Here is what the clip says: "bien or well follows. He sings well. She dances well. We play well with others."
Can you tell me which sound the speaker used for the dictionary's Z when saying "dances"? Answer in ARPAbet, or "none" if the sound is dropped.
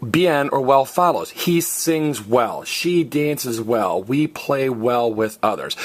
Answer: Z